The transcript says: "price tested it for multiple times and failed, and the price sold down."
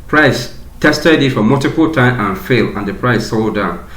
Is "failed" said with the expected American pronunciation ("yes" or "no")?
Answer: no